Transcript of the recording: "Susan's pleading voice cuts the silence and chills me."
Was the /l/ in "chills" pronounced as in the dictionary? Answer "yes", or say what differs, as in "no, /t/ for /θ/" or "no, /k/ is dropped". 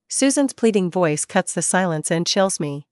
yes